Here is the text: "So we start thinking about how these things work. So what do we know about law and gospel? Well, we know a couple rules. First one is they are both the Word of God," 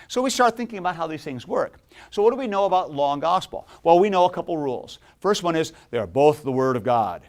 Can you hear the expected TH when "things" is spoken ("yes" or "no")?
yes